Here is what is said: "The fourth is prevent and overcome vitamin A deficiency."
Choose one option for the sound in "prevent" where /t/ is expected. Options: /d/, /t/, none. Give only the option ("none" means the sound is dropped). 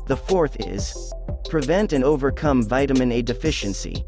/t/